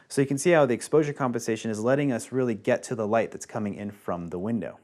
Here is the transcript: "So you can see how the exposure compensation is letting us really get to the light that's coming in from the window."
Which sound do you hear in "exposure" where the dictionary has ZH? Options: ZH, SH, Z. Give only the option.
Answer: ZH